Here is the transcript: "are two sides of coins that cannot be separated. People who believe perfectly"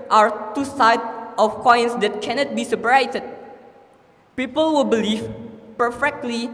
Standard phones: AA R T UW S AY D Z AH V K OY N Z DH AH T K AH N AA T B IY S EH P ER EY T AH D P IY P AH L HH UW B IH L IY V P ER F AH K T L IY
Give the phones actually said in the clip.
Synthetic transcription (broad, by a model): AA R T UW S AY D AH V K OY N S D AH T K AH N AA T B IY S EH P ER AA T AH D P IY P AH L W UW B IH L IY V P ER F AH K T L IY